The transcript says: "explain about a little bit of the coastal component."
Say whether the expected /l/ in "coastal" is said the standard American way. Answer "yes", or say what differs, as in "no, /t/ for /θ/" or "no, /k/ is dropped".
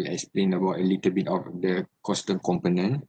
no, /n/ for /l/